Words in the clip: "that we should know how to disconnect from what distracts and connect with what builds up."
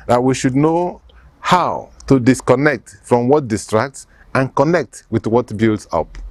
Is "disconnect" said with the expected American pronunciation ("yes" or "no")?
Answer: yes